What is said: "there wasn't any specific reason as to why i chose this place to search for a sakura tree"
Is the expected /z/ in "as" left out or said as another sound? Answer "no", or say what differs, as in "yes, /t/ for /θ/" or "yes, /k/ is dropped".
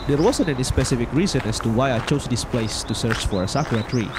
yes, /s/ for /z/